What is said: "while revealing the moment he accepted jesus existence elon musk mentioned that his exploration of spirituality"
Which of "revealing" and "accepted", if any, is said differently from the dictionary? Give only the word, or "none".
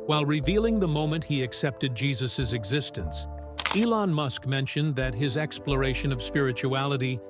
none